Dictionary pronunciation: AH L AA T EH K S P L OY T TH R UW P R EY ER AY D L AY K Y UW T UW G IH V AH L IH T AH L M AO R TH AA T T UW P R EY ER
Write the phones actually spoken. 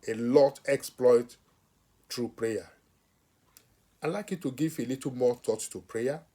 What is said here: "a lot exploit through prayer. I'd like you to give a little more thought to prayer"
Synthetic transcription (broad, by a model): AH L AA T EH K S P L OY T T R UW P R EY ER AY L AY K Y UW T UW G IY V AH L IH T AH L M AO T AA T T UW P R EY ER